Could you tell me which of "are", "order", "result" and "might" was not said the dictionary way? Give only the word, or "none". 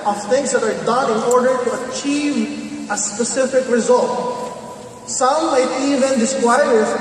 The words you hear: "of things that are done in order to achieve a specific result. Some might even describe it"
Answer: none